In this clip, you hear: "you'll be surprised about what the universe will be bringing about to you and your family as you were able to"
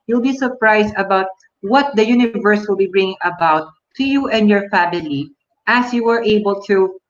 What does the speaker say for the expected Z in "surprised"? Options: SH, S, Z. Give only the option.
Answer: S